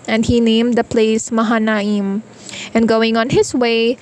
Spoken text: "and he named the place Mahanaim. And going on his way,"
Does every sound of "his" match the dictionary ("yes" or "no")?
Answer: no